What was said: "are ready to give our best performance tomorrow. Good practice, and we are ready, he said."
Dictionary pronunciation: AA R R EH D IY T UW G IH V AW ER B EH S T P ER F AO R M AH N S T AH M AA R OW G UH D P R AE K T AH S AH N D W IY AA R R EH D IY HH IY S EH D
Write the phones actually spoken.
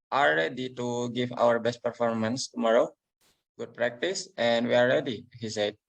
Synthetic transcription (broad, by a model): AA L R EH D IY T UW G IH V AW ER B EH S T P ER F AO R M AH N S T AH M AA R OW G UH D P R AE K T AH S AH N D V IY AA L R EH D IY HH IY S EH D